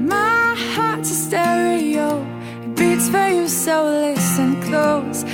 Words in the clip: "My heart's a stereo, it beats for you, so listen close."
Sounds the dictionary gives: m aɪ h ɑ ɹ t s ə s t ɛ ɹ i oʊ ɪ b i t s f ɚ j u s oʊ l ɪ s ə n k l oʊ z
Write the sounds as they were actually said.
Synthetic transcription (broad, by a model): m aɪ h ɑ ɹ t ə s t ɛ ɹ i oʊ ɪ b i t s f ɚ j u s oʊ l ɪ s ə n k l oʊ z